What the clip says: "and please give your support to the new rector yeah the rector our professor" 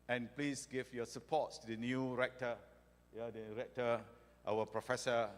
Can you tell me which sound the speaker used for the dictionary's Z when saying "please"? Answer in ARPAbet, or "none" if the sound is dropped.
S